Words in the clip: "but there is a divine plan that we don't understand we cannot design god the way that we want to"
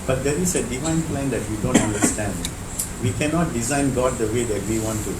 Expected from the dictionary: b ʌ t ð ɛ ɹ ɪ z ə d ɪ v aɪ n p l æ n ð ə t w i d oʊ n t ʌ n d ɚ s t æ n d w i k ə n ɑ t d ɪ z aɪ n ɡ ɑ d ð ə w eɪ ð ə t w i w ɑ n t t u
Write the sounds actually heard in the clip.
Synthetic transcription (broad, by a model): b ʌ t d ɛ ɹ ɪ s ə d ɪ v aɪ n p l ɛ n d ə t w i d oʊ n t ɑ n d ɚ s t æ n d w i k ə n ɑ t d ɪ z aɪ n ɡ ɑ d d ə w eɪ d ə t w i w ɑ n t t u